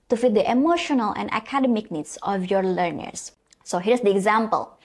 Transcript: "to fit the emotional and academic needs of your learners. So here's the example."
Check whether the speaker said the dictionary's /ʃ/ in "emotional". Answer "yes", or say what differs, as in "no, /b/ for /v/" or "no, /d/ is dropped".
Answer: yes